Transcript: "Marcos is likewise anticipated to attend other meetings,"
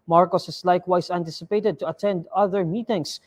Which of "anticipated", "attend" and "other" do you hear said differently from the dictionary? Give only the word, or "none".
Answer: none